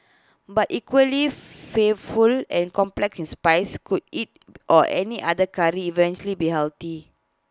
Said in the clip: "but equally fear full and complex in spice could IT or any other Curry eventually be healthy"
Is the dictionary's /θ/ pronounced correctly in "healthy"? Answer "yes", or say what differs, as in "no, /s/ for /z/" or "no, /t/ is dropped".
no, /t/ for /θ/